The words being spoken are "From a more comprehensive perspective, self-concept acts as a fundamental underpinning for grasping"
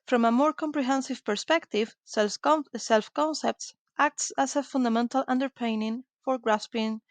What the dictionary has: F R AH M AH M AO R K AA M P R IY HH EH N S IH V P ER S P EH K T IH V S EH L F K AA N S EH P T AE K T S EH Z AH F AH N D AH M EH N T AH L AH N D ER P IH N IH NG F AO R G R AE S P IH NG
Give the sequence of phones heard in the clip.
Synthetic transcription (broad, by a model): F R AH M AH M AO R K AA M P R IY HH EH N S IH V P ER S P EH K T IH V S EH L F K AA N S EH P T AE K T S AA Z AH F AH N D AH M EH N T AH L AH N D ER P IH N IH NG F AO R G R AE S P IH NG